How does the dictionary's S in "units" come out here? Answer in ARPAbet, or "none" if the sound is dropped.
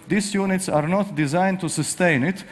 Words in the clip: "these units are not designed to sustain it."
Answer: S